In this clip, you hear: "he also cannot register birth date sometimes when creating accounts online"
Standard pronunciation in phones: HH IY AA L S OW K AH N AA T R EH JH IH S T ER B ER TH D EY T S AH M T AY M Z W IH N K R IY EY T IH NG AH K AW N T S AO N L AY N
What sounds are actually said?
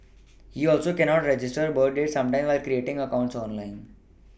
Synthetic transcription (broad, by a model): HH IY AA L S OW K AH N AA T R EH JH IH S T ER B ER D D EY T S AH M T AY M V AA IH L K R IY EY T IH NG AH K AW N T S AO N L AY N